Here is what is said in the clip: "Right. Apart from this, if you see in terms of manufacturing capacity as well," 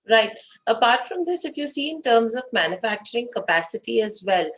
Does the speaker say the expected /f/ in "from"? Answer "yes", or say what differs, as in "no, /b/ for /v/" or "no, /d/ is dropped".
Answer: yes